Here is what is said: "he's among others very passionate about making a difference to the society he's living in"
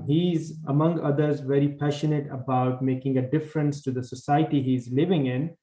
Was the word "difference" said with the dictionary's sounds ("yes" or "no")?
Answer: yes